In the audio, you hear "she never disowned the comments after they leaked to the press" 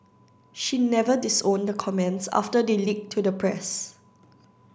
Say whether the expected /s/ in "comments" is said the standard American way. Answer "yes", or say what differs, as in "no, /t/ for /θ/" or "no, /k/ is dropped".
yes